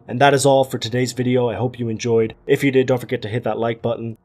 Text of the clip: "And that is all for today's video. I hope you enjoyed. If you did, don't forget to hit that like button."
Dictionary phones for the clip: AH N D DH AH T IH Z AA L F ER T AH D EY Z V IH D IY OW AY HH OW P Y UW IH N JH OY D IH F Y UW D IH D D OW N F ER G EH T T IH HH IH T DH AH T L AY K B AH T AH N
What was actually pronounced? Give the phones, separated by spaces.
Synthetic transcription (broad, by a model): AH N DH AH T IH Z AA L F ER T AH D EY Z V IH D IY OW AY HH OW P Y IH IH N JH OY D IH F Y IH D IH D D OW N F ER G EH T T IH HH IH T DH AH T L AY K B AH T N